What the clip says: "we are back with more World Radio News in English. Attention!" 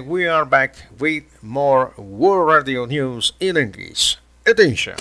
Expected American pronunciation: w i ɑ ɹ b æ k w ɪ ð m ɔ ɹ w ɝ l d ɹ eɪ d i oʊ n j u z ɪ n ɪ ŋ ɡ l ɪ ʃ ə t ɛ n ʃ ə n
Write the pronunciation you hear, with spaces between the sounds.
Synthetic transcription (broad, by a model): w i ɑ ɹ b æ k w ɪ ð m ɔ ɹ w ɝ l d ɹ eɪ d i oʊ n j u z ɪ n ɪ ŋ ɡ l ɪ s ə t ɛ n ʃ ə n